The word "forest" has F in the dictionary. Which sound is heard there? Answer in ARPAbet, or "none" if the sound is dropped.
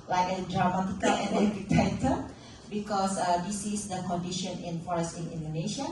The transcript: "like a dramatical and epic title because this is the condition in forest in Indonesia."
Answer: F